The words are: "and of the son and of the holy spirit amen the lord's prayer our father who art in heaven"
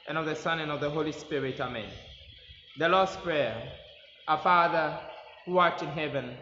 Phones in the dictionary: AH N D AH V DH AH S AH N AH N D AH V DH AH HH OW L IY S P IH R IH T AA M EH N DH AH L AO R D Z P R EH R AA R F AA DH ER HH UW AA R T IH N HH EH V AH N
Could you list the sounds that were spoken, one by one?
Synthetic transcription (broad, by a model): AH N AH V DH AH S AH N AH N AH V DH AH HH OW L IY S P IH R IH T AA M EH N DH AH L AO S P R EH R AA F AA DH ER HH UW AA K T IH N HH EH V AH N